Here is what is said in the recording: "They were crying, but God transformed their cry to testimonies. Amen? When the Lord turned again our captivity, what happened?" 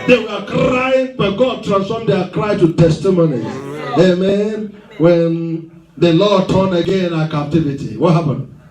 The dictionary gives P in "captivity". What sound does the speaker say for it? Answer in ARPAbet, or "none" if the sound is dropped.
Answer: P